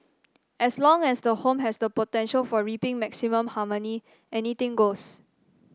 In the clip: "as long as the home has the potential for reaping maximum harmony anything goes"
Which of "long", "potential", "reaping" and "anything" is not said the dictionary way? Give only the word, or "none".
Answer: anything